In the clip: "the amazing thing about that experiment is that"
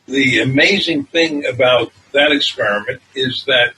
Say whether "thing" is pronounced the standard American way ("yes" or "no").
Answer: yes